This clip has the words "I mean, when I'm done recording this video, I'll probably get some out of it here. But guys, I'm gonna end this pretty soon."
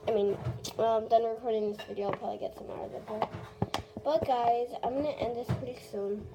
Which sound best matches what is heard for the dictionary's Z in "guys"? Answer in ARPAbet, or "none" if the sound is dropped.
Z